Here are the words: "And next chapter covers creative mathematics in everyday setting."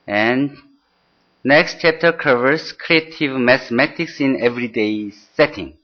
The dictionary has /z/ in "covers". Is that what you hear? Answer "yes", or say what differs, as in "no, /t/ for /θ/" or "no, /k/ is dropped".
no, /s/ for /z/